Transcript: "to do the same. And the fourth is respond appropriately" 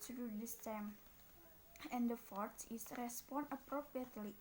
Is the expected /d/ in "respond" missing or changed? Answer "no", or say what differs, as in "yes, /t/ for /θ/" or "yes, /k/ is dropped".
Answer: yes, /d/ is dropped